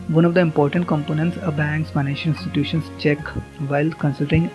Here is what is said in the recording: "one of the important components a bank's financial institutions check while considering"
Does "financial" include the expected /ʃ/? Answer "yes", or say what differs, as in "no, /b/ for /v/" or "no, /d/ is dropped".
no, /ʃ/ is dropped